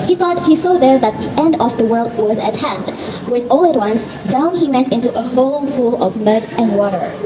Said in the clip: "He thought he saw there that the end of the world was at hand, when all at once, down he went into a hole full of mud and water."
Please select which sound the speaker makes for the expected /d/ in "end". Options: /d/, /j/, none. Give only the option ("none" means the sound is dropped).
/d/